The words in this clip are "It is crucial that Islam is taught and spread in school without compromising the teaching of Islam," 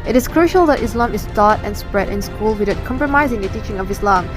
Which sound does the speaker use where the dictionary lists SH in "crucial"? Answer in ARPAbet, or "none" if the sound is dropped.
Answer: SH